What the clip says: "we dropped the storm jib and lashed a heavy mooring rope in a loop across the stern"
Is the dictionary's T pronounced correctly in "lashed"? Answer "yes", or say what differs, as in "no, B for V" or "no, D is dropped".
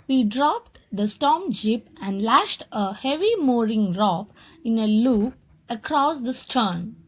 yes